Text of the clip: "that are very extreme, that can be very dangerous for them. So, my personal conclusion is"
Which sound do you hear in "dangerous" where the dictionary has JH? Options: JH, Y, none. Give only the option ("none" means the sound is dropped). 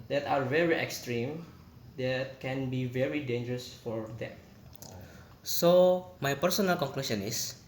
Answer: JH